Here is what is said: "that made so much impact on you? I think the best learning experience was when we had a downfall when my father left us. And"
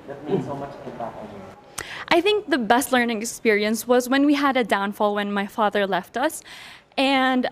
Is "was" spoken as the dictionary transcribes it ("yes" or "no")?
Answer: yes